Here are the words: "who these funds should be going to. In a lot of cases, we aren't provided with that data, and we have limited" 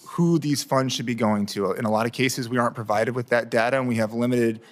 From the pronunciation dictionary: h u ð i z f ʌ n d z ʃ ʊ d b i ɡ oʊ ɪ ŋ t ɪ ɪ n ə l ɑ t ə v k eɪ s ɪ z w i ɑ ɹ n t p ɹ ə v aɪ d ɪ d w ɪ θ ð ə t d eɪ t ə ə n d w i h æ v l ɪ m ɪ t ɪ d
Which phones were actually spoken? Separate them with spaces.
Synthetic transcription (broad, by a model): h u ð i z f ʌ n d z ʃ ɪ d b i ɡ oʊ ɪ ŋ t ɪ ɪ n ə l ɑ t ə v k eɪ s ɪ z w i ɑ ɹ n p ɹ ə v aɪ d ɪ d w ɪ ð ə t d eɪ t ə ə n w i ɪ v l ɪ m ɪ t ɪ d